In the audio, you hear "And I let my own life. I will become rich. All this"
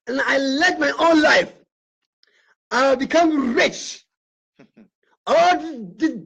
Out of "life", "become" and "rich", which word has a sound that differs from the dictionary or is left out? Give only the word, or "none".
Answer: none